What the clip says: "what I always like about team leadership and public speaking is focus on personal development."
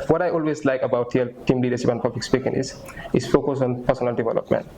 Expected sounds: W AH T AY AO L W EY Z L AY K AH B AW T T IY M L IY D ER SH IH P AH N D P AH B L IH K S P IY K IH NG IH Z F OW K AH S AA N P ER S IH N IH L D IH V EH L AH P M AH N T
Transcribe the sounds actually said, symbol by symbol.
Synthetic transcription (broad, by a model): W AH T AY AO L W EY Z L AY K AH B AW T T IY M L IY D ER S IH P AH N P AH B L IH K S P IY K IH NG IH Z F OW K AH S AA N P ER S IH N IH L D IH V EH L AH P M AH N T